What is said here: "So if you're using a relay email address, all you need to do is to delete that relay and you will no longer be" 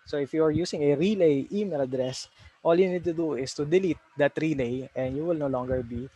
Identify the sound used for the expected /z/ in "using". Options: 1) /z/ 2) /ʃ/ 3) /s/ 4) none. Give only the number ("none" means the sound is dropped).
3